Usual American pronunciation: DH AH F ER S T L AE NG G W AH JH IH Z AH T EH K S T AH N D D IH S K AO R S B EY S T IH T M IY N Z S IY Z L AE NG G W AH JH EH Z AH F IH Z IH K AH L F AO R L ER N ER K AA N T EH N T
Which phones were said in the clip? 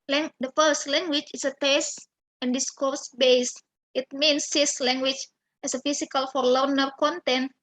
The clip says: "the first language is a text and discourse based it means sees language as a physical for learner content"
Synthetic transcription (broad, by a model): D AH F ER S T L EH NG G W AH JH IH S AH T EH S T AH N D D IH S K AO R S B EY S T IH T M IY N S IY S L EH NG G W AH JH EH S AH F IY S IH K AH L F AO R L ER N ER K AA N T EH N T